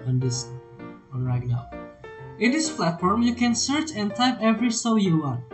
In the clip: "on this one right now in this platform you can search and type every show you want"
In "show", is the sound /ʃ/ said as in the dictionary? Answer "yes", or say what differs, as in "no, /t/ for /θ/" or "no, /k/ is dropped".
no, /s/ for /ʃ/